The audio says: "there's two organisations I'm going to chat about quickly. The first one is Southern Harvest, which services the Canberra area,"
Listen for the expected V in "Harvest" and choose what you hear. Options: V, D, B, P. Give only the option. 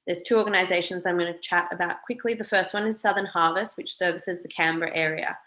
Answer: V